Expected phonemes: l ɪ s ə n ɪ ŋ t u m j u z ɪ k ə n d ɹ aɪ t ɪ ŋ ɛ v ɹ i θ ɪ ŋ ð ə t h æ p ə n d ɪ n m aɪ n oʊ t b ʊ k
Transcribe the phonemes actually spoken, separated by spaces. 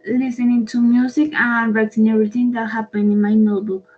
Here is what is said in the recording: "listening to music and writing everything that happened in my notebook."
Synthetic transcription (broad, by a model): l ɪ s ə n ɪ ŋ t u m j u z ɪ k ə n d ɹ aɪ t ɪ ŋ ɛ ɹ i t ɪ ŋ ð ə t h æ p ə n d ɪ n m aɪ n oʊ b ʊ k